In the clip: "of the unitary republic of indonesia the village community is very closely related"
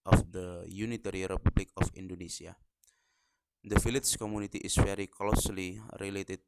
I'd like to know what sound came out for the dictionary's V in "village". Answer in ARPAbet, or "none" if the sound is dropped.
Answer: F